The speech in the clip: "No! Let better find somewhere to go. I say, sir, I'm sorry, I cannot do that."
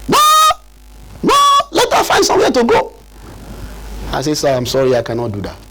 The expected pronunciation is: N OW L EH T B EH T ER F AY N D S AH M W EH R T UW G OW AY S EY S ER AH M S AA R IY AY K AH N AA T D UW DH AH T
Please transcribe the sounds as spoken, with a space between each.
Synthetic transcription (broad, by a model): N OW N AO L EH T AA F AY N S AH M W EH T UW G OW AY S EY S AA AH M S AA R IY AY K AH N AA T D UW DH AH T